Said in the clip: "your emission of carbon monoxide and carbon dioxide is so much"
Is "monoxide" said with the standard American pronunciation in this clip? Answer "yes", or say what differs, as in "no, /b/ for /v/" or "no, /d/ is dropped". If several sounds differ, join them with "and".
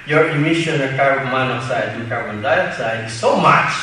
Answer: no, /n/ is dropped